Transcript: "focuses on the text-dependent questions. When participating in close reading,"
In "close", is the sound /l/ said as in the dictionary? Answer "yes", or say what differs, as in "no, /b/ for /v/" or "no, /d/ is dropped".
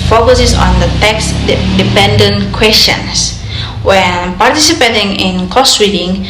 no, /l/ is dropped